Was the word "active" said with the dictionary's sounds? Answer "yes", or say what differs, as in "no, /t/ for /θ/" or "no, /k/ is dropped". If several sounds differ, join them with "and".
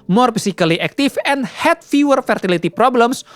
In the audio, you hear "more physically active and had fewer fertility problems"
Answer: no, /f/ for /v/